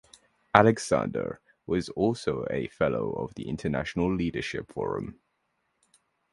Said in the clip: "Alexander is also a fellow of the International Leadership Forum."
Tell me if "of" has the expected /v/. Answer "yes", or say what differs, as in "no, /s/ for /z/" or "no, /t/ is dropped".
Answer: yes